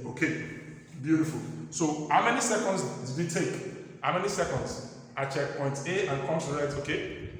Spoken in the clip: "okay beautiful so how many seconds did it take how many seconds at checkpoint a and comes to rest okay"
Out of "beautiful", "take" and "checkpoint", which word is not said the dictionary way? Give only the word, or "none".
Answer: none